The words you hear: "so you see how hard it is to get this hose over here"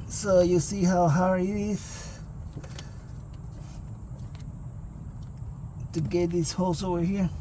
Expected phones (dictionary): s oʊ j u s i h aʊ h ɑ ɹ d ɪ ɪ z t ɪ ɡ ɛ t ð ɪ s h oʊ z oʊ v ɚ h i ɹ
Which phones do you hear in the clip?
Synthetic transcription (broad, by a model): s oʊ j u s i h aʊ h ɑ ɹ ɪ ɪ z t ɪ ɡ ɛ t ð ɪ s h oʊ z oʊ v ɚ h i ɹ